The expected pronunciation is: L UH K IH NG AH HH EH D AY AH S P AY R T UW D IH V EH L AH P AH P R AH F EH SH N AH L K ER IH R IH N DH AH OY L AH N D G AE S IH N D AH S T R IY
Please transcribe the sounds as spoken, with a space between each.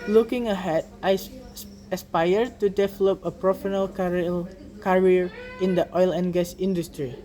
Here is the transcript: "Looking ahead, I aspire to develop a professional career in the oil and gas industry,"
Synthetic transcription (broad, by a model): L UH K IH NG AH HH EH D AY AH S P AY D T UW D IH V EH L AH P AH P R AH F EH N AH L K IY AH R IH N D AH OY L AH N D G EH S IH N D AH S T R IY